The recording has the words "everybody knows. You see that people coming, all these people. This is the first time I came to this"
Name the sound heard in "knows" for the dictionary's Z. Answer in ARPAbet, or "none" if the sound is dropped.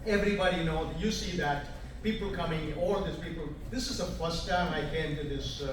none